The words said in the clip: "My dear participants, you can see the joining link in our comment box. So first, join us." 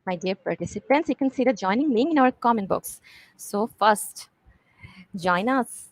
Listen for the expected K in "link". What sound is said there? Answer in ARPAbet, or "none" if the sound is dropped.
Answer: none